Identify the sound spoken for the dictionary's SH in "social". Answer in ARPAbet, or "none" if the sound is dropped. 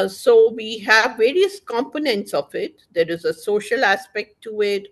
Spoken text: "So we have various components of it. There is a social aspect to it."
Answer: SH